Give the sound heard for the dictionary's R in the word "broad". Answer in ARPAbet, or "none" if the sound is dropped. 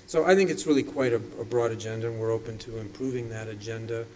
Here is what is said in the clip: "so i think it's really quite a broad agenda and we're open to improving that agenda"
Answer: R